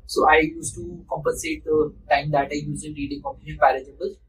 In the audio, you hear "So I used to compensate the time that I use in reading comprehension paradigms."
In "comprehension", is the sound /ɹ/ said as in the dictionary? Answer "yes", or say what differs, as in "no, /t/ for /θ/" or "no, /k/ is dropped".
no, /ɹ/ is dropped